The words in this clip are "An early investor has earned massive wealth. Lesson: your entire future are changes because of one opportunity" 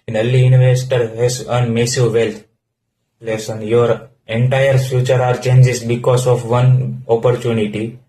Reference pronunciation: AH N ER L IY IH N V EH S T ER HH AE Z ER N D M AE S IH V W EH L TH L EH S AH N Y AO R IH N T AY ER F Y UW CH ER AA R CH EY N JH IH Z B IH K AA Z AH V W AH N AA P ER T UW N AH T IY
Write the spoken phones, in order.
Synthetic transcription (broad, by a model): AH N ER L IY IH N V EH S T ER HH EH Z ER N M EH S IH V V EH L T L EH S AH N Y AO R IH N T AY ER F Y UW CH ER AA R CH EY N JH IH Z B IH K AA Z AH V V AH N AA P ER T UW N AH T IY